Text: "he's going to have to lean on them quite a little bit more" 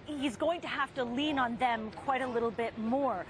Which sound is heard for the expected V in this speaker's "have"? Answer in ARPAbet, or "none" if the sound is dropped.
F